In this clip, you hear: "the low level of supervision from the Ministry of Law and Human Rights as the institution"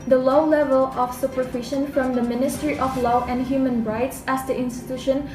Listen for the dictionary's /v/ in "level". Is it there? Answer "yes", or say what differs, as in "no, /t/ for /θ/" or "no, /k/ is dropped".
yes